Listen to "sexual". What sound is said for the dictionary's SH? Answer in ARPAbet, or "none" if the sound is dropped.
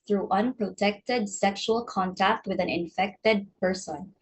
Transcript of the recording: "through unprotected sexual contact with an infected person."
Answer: SH